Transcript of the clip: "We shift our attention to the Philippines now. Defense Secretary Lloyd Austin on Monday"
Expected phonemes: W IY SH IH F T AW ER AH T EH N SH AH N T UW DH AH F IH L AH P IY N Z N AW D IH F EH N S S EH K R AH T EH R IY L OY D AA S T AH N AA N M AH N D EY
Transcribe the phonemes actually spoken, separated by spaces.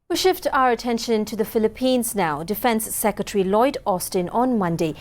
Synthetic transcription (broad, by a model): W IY SH IH F T AW ER AH T EH N SH AH N T UW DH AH F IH L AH P IY N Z N AW D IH F EH N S S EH K R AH T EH R IY L OY D AA S T AH N AA N M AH N D EY